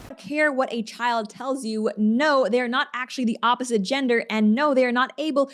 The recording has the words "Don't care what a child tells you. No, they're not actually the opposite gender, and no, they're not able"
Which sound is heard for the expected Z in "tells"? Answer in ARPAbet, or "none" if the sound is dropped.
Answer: Z